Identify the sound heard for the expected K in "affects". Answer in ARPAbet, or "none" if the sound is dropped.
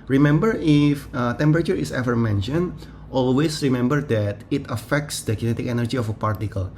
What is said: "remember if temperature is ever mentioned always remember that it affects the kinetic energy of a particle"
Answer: K